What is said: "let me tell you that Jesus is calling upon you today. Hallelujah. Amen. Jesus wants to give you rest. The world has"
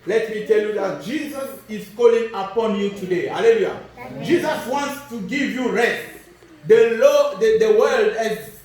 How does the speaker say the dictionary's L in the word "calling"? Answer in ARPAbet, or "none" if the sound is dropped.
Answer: L